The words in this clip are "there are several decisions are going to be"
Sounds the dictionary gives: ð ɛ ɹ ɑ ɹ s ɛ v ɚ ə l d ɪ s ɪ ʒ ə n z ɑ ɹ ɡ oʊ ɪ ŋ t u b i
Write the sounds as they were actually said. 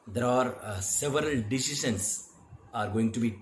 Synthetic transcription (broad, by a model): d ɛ ɹ ɑ ɹ s ɛ v ɚ ə l d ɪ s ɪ ʃ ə n s ɑ ɹ ɡ oʊ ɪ ŋ t u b i